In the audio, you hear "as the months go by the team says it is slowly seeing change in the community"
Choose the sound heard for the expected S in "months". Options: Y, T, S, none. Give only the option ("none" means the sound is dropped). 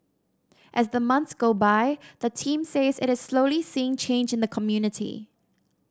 S